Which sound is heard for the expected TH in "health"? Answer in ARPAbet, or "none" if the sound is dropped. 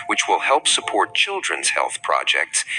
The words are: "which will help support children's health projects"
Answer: TH